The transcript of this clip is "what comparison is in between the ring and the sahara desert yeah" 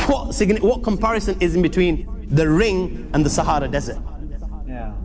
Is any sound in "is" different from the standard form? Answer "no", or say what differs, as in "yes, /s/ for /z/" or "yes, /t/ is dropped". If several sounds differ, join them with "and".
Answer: no